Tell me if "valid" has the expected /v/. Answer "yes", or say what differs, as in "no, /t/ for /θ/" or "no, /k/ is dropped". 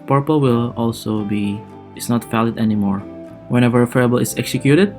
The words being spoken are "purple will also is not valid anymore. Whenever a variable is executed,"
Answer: no, /f/ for /v/